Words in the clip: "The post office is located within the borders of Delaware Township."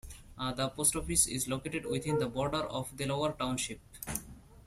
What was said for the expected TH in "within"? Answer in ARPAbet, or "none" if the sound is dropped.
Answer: T